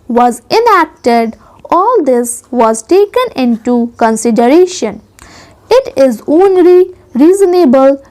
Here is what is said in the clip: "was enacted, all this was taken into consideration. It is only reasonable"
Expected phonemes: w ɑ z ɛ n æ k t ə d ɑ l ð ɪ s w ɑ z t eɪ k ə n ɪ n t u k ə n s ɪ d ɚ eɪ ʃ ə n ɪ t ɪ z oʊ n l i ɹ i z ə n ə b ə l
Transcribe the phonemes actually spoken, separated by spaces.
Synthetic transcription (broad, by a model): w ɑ z ɛ n æ k t ə d ɑ l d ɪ s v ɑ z t eɪ k ə n ɪ n t u k ə n s ɪ d ɚ eɪ ʃ ə n ɪ t ɪ z oʊ n l i ɹ i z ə n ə b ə l